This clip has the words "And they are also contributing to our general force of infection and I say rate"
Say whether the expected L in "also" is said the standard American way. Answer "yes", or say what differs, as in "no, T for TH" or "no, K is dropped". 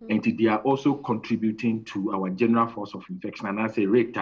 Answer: yes